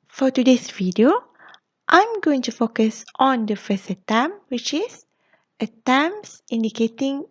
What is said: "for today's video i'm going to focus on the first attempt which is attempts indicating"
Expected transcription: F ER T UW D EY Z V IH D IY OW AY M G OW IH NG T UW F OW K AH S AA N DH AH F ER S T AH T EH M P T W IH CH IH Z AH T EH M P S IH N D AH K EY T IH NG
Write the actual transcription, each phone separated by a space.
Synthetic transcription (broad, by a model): F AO T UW D EY S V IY D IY OW AY M G OW IH NG T UW F OW K AH S AA N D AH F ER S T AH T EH M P W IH CH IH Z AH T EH M S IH N D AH K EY T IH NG